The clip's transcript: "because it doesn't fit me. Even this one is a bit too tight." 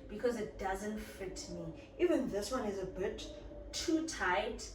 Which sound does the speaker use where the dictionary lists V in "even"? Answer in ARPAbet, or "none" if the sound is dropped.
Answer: V